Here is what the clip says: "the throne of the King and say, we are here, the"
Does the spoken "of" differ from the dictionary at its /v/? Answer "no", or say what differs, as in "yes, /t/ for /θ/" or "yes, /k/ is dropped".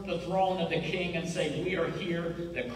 no